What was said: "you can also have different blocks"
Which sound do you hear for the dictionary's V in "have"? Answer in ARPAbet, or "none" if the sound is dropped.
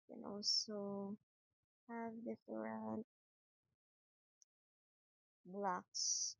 V